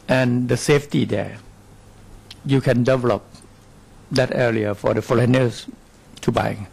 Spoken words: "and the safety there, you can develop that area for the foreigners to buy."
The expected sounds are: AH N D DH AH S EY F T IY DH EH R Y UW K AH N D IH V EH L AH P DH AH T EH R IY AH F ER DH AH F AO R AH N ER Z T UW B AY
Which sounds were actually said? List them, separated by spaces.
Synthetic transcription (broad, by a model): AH N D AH S EY F T IY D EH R Y UW K AH N D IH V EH L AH P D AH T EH L IY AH F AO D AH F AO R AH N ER S T UW B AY